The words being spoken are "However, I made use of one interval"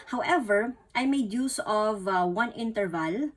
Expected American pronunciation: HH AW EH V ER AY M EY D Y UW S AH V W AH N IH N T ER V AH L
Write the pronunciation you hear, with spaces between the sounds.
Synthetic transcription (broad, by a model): HH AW EH V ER AY M EY D Y UW S AH V W AH N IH N T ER V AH L